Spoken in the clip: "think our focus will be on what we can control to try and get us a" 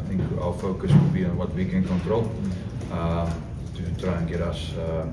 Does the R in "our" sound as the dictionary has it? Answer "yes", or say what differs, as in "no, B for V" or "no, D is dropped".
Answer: no, L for R